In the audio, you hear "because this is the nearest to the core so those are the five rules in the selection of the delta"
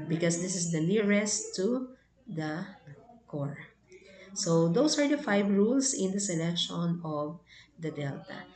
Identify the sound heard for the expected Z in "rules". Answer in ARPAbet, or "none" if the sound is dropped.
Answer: S